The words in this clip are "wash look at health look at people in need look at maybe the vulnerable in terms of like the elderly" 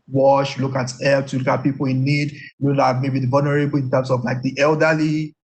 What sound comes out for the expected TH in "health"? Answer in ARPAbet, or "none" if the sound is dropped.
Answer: S